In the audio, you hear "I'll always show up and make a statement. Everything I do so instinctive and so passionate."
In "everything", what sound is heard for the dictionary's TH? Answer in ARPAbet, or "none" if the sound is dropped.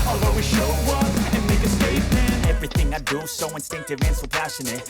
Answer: TH